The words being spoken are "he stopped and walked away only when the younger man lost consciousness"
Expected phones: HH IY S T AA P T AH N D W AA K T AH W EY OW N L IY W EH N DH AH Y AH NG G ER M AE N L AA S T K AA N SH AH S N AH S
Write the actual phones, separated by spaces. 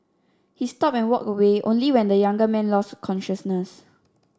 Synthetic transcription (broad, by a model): HH IY S T AA P AH N W AA K AH W EY OW N L IY W EH N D AH Y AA NG G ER M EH N L AA S T K AA N SH AH S N AH S